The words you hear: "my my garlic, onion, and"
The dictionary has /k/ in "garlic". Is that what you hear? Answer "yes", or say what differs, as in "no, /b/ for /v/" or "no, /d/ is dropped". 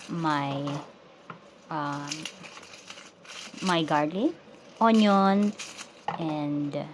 no, /k/ is dropped